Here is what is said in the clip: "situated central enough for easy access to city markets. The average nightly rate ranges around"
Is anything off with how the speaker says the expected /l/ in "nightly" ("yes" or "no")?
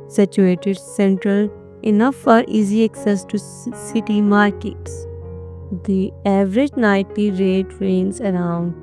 yes